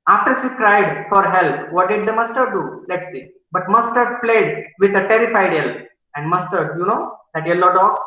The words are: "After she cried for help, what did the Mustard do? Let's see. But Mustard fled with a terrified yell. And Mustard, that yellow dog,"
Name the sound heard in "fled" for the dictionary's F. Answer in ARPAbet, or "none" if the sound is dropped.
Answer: P